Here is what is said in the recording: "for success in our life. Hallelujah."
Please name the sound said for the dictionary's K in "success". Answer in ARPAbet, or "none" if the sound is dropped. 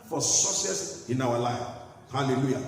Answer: none